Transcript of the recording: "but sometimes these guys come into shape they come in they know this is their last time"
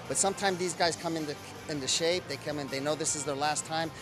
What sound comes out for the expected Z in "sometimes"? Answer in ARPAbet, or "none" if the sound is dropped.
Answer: Z